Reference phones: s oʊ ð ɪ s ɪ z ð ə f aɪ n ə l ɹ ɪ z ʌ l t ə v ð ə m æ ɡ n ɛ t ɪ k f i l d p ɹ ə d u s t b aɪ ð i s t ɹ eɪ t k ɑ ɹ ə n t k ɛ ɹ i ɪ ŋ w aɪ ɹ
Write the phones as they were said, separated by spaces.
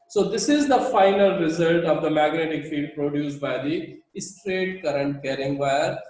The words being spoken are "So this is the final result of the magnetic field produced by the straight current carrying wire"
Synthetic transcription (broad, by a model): s oʊ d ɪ s ɪ z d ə f aɪ n ə l ɹ ɪ z ʌ l t ə v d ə m æ ɡ n ɛ t ɪ k f i d p ɹ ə d u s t b aɪ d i s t ɹ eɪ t k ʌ ɹ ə n t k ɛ ɹ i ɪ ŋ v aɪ ɹ